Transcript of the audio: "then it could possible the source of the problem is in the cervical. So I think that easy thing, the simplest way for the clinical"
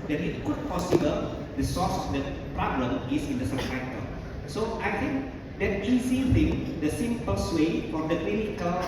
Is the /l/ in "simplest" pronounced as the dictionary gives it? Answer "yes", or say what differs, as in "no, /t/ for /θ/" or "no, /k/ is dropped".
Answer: no, /l/ is dropped